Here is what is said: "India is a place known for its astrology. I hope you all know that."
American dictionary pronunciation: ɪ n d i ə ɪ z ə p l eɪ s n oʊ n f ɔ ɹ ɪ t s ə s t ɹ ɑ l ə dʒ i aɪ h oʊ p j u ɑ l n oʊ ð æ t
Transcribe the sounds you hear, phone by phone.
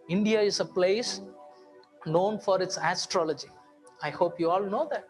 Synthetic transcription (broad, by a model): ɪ n d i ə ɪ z ə p l eɪ s n oʊ n f ɔ ɹ ɪ t s ə s t ɹ ɑ l ə dʒ i aɪ h oʊ p j u ɑ l n oʊ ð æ t